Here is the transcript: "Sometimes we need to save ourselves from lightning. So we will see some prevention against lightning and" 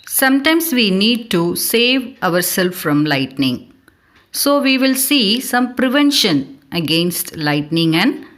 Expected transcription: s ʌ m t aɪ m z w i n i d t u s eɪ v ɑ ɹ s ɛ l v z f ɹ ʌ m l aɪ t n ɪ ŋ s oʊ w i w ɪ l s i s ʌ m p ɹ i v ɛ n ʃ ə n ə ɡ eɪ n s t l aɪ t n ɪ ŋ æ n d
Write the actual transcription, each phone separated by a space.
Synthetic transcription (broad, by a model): s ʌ m t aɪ m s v i n i d t u s eɪ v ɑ ɹ s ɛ l f ɹ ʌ m l aɪ t n ɪ ŋ s oʊ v i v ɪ l s i s ʌ m p ɹ i v ɛ n ʃ ə n ə ɡ eɪ n s t l aɪ t n ɪ ŋ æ n d